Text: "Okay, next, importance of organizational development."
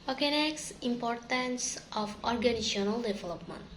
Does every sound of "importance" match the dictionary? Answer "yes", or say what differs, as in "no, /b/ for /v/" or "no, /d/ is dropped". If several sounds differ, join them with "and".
yes